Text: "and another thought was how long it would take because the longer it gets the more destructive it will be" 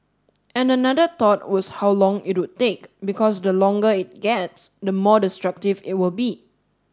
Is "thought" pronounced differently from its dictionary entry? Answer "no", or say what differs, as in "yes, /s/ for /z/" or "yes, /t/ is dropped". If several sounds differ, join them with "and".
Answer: yes, /t/ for /θ/